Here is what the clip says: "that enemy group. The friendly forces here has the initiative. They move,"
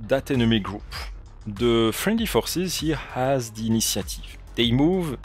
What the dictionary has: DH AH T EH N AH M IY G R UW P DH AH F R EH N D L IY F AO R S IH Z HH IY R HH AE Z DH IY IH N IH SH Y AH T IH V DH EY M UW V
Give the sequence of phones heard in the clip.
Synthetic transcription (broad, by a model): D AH T EH N AH M IY G R UW P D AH F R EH N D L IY F AO R S IH Z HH IY HH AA Z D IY N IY S Y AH T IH V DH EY M UW V